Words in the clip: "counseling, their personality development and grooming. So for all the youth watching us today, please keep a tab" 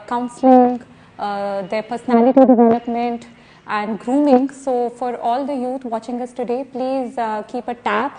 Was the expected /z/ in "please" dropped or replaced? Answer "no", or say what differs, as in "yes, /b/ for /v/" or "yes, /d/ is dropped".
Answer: no